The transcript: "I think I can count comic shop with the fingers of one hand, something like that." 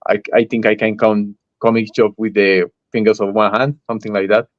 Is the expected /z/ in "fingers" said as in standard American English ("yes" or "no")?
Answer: no